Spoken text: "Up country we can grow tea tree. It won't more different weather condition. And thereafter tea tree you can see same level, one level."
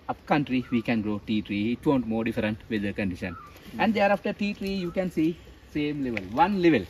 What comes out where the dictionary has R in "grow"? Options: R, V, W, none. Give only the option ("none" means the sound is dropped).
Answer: R